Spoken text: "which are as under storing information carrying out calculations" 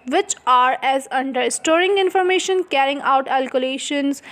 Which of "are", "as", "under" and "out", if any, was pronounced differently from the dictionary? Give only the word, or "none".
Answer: none